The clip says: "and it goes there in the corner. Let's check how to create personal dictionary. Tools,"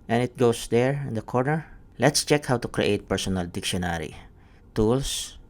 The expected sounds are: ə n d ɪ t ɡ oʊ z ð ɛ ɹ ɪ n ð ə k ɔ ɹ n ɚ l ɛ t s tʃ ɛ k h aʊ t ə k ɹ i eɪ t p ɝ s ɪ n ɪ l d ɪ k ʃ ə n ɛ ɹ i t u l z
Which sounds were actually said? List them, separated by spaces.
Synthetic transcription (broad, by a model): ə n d ɪ t ɡ oʊ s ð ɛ ɹ ɪ n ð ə k ɔ ɹ n ɚ l ɛ t s tʃ ɛ k h aʊ t ə k ɹ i eɪ t p ɝ s ɪ n ɪ l d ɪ k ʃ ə n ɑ ɹ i t u l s